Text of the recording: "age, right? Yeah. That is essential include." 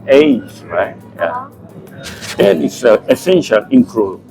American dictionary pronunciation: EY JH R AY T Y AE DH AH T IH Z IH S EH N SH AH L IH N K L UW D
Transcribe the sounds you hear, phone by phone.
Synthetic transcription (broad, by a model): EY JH R AY T Y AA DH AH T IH S IH S EH N SH AH L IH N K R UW